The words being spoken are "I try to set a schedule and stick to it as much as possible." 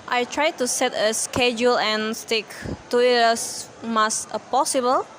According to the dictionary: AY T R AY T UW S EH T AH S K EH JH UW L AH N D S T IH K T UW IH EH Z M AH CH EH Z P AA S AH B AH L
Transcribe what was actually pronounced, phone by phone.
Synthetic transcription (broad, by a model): AY T R AY T UW S EH T AH S K EH JH UW L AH N S T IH K T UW IH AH S M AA S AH P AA S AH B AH L